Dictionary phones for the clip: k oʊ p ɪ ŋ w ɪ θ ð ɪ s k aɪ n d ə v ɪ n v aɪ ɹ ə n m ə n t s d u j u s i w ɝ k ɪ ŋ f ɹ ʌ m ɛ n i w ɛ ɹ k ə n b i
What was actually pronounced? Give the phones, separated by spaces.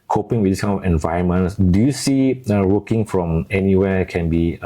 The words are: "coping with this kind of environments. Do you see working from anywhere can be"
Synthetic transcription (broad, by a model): k oʊ p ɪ ŋ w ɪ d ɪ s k aɪ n ə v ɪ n v aɪ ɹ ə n m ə n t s d u j u s i w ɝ k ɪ ŋ f ɹ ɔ m ɛ n i w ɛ k ə n b i